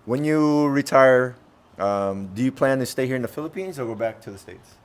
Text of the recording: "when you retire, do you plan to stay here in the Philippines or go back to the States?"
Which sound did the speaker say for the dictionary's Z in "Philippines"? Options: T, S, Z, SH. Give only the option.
Z